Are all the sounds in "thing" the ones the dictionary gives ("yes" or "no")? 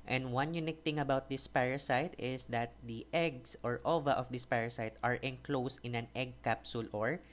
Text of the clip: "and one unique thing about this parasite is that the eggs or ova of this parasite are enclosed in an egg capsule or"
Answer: no